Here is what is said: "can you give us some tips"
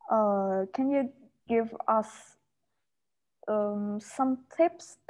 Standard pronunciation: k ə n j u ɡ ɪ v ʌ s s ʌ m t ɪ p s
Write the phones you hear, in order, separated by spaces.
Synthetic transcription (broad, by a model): k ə n j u ɡ ɪ v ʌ s s ʌ m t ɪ p s